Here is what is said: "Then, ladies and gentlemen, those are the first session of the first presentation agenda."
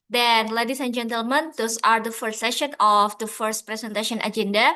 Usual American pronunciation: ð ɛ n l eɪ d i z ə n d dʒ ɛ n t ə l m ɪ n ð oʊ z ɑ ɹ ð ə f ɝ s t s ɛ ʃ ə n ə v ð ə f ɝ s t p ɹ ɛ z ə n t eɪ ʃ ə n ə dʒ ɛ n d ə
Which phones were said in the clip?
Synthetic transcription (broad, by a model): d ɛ n l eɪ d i s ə n dʒ ɛ n t ə l m ɪ n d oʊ s ɑ ɹ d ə f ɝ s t s ɛ ʃ ə n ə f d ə f ɝ s t p ɹ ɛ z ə n t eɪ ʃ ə n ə dʒ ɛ n d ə